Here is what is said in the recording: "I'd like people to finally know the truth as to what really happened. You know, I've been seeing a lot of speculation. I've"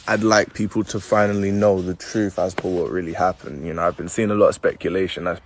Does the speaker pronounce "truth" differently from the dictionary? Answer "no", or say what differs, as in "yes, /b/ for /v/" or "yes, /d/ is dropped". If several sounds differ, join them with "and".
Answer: no